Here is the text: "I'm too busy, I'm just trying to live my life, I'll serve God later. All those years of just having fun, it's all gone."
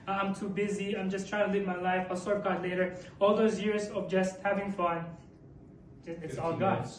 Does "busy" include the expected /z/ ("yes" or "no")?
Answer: yes